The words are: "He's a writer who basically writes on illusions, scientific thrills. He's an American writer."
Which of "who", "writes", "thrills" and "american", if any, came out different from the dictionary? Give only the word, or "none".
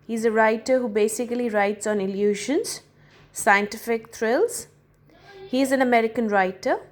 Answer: thrills